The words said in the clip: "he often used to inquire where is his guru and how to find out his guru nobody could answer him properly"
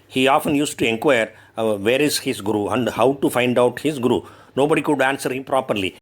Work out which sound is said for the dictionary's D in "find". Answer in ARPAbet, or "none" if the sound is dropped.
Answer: D